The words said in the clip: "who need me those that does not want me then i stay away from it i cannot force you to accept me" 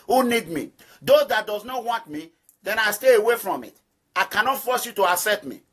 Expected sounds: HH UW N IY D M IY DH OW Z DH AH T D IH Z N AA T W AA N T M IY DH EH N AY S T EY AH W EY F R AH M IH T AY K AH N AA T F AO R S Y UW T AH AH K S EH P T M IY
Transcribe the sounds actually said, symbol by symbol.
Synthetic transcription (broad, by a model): HH UW N IY D M IY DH OW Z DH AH T D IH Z N AA T W AA N T M IY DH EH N AY S T EY AH W EY F R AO M IH T AY K AH N AA T F AO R S Y UW T AH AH S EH T M IY